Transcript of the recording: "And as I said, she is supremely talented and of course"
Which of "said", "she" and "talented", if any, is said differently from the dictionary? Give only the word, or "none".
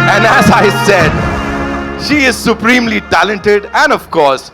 none